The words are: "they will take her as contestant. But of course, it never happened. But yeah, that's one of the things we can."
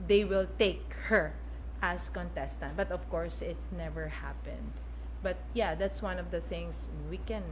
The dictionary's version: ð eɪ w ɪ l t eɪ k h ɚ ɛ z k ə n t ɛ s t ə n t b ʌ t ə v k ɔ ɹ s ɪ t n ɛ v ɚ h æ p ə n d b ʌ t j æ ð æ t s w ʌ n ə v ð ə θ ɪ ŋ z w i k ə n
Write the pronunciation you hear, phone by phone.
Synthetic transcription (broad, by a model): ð eɪ w ɪ l t eɪ k h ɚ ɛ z k ə n t ɛ s t ə n t b ʌ t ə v k ɔ ɹ s ɪ t n ɛ v ɚ h æ p ə n d b ʌ t j æ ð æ t s w ʌ n ə v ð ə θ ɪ ŋ s w i k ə n